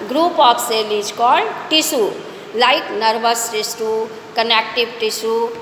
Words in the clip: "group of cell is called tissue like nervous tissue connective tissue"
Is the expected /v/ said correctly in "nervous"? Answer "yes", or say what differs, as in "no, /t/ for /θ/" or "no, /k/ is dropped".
no, /b/ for /v/